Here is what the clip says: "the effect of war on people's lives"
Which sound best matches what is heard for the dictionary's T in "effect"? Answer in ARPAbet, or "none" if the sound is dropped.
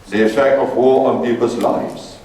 none